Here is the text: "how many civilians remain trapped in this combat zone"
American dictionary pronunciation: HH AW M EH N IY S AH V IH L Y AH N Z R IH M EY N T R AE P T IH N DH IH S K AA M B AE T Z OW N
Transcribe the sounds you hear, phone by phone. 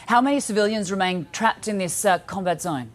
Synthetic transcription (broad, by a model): HH AW M EH N IY S AH V IH L Y AH N Z R IH M EY N T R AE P T IH N DH IH S K AA M B AE T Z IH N